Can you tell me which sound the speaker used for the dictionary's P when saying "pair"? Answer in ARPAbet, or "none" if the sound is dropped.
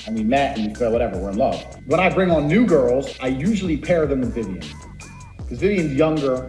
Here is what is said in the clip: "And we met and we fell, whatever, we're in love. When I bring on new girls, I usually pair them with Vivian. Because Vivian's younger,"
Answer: P